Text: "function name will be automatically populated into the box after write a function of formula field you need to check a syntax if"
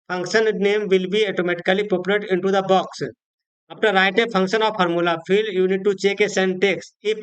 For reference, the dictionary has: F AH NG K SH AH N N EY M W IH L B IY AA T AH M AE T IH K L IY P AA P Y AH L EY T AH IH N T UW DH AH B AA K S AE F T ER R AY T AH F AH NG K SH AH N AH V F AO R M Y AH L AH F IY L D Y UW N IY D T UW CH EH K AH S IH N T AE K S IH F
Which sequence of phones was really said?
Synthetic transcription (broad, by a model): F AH NG K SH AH N N EY M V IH L B IY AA T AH M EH T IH K L IY P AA P Y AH L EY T IH N T UW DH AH B AA K S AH P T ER R AY T AH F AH NG K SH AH N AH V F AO R M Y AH L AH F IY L D Y UW N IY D T UW CH EH K AH S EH N T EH K S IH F